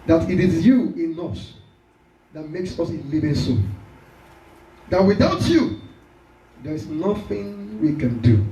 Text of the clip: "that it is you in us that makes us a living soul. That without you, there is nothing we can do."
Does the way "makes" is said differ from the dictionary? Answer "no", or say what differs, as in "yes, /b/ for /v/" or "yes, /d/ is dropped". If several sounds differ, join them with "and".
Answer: no